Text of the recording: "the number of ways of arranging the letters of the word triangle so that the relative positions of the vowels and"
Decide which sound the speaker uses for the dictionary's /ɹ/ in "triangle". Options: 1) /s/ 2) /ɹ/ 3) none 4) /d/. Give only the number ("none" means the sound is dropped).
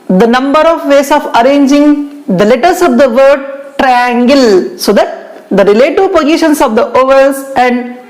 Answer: 2